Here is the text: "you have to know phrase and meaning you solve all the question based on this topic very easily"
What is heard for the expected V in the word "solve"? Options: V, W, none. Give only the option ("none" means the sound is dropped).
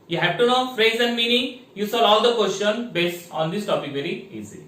none